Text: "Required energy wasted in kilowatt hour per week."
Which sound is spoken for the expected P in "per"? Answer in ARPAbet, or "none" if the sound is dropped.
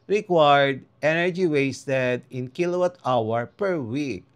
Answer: P